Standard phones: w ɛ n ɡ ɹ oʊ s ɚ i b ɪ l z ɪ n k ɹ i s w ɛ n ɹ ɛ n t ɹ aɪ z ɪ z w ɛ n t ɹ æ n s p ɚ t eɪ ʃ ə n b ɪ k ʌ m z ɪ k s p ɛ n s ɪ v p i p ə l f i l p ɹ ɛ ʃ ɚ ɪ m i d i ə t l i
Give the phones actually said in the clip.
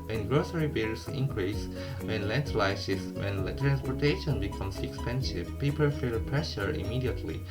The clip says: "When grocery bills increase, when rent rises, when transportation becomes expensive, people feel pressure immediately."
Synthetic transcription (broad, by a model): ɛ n ɡ ɹ oʊ s ɚ i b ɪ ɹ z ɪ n k ɹ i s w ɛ n l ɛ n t l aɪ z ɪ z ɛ n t ɹ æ n s p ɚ t eɪ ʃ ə n b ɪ k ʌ m s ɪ k s p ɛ n s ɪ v p i p ə l f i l p ɹ ɛ ʃ ɚ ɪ m i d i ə t l i